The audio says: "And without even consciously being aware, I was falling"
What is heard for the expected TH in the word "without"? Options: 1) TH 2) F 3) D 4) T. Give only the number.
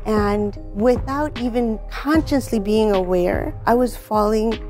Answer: 1